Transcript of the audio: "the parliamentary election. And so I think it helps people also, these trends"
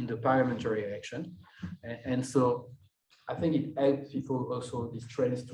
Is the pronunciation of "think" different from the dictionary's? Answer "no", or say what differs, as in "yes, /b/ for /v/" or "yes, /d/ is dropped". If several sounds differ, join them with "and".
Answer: no